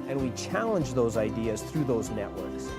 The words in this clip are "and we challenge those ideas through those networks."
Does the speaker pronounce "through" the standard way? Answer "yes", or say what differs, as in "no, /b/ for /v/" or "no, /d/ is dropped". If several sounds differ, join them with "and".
yes